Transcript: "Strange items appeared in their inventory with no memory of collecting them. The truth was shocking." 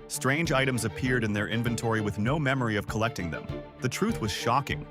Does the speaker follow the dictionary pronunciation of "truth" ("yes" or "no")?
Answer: yes